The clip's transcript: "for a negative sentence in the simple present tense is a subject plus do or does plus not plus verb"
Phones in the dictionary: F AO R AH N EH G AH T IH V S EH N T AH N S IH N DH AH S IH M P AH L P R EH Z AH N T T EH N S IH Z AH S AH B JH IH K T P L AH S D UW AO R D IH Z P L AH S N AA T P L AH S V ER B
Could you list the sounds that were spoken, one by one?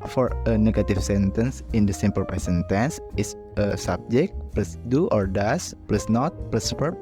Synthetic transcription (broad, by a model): F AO R AH N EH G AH T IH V S EH N T AH N S IH N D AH S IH M P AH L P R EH S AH N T T EH N S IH S AH S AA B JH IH K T P L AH S D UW AO R D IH S P L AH S N AA T P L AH S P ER